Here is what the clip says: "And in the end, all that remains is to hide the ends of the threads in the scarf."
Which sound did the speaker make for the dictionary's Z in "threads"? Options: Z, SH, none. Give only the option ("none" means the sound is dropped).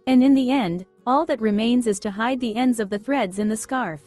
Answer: Z